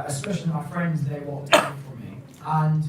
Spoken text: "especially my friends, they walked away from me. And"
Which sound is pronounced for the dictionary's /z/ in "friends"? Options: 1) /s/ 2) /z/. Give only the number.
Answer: 2